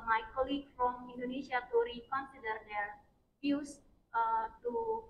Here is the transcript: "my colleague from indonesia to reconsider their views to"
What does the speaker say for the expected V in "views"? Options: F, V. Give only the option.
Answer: F